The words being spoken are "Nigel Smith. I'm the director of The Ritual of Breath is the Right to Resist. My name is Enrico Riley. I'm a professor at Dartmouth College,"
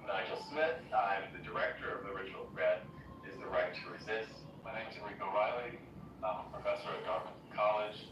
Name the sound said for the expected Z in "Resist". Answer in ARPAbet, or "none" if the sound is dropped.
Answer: Z